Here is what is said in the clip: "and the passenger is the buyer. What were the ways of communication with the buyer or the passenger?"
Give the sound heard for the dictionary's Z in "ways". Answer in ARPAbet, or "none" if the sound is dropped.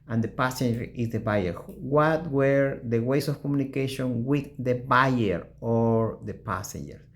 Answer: S